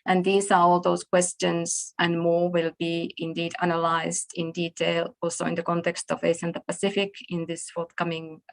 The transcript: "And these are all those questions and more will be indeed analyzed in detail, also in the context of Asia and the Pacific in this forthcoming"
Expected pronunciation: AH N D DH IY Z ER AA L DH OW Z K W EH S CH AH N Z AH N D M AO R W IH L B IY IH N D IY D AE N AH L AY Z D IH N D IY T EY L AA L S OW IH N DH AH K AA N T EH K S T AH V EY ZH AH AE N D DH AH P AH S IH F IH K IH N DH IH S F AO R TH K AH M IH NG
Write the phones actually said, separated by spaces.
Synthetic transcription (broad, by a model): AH N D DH IY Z ER AA L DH OW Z K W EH S CH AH N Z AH N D M AO R W IH L B IY IH N D IY D AE N AH L AY Z D IH N D IY T EY L AA L S OW IH N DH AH K AA N T EH K S T AH V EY S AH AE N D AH P AH S IH F IH K IH N DH IH S F AO R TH K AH M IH NG